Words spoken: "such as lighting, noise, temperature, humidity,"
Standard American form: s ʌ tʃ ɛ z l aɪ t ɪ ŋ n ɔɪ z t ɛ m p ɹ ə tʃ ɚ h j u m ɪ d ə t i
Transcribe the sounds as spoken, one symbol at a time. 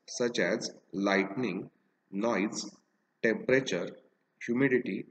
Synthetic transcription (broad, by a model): s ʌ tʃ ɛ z l aɪ t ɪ ŋ n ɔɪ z t ɛ m p ɹ ə tʃ ɚ h j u m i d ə t i